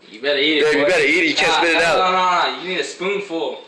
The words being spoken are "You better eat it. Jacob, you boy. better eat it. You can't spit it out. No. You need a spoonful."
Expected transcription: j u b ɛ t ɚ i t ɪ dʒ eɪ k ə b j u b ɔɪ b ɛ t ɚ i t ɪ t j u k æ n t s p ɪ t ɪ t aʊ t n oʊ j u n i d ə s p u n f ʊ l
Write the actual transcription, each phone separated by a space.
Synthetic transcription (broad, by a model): j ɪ b ɛ t ɚ i t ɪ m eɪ ə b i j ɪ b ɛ t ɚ i t ɪ t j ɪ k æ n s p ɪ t ɪ t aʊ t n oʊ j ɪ n i d ə s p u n f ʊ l